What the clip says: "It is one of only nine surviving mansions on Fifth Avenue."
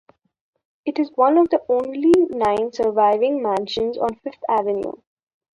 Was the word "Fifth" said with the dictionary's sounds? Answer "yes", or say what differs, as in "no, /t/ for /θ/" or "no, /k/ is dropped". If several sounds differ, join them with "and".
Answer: no, /t/ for /θ/